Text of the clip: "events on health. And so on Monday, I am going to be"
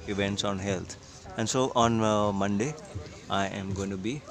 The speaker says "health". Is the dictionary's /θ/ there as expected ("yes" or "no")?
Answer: no